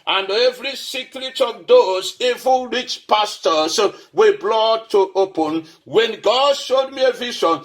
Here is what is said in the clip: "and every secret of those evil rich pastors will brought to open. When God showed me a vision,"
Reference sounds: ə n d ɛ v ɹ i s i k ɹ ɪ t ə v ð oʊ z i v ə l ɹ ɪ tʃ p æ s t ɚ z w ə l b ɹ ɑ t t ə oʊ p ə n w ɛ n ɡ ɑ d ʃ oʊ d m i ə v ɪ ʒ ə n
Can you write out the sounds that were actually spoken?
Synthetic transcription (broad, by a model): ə n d ɛ v ɹ i s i k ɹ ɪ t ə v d oʊ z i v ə n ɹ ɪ tʃ p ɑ s t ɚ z w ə b l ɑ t t ə oʊ p ə n w ɛ n ɡ ɑ d ʃ oʊ d m i ə v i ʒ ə n